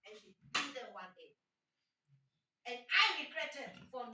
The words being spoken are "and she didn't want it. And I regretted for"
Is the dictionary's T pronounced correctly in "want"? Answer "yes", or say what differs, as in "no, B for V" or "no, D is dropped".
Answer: no, T is dropped